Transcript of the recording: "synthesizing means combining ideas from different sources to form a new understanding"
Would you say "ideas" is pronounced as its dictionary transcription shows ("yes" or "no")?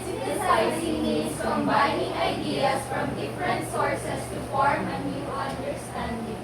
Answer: no